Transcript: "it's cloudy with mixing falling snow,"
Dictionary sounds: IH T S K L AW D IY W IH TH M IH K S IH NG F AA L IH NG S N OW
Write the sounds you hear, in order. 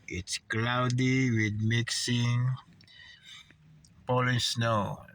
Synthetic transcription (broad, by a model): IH T S K L AW D IY W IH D M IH K S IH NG P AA L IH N S N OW